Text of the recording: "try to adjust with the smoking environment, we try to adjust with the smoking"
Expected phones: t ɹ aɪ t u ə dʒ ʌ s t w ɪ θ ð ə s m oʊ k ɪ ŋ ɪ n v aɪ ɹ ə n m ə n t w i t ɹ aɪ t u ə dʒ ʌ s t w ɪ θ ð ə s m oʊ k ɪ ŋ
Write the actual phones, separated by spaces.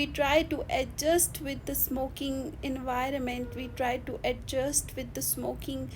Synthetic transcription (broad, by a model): t ɹ aɪ t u ə dʒ ʌ s t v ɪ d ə s m oʊ k ɪ ŋ ɪ n v aɪ ɹ ə n m ə n t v i t ɹ aɪ t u ə dʒ ʌ s t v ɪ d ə s m oʊ k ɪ ŋ